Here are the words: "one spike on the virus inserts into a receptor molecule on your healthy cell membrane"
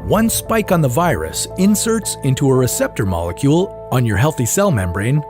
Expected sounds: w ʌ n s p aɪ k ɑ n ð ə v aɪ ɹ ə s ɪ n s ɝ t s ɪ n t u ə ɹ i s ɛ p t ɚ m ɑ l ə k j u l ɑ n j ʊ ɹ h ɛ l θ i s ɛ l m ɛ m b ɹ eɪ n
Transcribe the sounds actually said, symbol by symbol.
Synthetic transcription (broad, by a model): w ʌ n s p aɪ k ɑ n ð ə v aɪ ɹ ə s ɪ n s ɝ t s ɪ n t u ə ɹ i s ɛ p t ɚ m ɑ l ə k j u l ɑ n j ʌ ɹ h ɛ l θ i s ɛ l m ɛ m b ɹ eɪ n